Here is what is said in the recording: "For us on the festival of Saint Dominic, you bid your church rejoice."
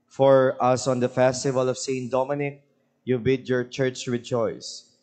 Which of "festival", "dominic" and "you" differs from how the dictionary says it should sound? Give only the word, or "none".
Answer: none